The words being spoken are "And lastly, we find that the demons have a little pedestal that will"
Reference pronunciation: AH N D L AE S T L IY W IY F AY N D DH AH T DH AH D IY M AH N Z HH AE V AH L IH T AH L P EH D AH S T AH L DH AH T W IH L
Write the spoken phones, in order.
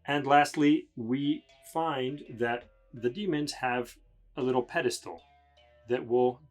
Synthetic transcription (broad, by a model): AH N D L AE S T L IY W IY F AY N DH AH T DH AH D IY M AH N Z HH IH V AH L IH T L P EH D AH S T L DH AH T W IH L